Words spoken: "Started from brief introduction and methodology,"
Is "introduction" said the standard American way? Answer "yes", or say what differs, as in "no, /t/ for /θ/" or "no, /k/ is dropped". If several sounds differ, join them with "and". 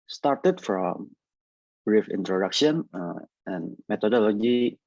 yes